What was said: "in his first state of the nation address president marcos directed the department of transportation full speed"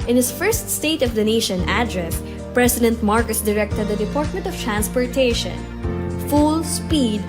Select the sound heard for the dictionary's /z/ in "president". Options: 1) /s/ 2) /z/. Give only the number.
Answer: 1